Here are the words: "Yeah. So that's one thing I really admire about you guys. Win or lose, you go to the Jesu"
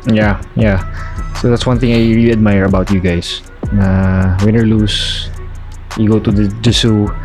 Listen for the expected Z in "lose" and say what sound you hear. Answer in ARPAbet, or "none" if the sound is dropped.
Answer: S